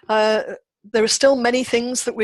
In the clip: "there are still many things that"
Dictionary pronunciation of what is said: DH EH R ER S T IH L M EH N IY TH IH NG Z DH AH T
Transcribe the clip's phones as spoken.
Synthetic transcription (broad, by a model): DH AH R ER S T IH L M EH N IY TH IH NG Z DH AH T